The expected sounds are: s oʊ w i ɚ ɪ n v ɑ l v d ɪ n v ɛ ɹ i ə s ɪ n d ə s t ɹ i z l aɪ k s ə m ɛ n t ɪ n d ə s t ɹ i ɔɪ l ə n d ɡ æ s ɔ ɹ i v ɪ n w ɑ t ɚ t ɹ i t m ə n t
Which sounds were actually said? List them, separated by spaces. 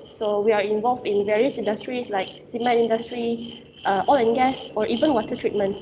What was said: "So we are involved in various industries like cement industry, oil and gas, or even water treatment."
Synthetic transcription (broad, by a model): s oʊ w i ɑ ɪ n v ɑ l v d ɪ n v ɛ ɹ i ə s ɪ n d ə s t ɹ i s l aɪ k s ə m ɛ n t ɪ n d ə s t ɹ i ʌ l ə n ɡ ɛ s ɔ ɹ i v ɪ n w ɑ t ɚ t ɹ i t m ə n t